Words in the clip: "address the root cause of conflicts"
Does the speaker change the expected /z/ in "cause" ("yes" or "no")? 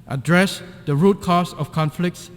yes